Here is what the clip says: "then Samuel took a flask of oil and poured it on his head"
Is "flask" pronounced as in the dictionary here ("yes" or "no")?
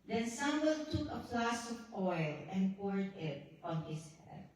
no